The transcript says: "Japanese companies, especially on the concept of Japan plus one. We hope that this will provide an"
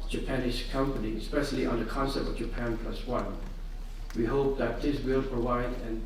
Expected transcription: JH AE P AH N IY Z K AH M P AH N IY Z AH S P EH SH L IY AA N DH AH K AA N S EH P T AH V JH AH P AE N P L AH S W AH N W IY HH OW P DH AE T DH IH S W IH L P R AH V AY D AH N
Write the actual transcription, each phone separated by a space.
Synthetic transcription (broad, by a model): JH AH P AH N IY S K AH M P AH N IY AH S P EH SH L IY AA N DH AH K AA N S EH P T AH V JH AH P AE N P L AH S W AH N W IY HH OW P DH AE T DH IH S W IH L P R AH V AY D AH N